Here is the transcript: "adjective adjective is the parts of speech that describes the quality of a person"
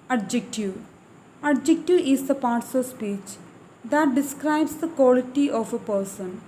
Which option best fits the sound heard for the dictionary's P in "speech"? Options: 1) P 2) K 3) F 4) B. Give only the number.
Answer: 1